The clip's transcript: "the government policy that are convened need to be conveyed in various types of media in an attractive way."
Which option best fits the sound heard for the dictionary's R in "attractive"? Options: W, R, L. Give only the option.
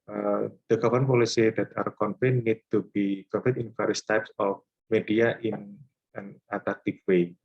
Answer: L